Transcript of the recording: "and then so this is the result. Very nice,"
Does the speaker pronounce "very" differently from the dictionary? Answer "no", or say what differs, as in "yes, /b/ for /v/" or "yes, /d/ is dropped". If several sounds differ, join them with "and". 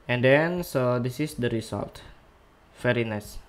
yes, /f/ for /v/